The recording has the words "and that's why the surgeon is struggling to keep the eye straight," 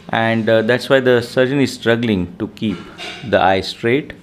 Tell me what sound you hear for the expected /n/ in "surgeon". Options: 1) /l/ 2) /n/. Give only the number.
2